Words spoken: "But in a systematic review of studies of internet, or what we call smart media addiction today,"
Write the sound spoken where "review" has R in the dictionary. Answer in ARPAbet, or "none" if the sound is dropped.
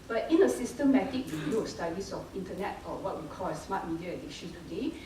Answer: W